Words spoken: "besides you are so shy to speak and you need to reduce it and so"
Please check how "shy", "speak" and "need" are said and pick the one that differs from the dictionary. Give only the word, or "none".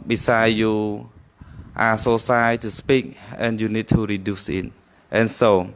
shy